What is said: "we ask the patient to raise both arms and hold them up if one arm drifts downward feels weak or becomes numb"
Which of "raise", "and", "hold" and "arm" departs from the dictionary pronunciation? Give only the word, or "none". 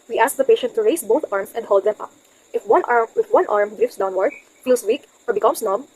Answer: raise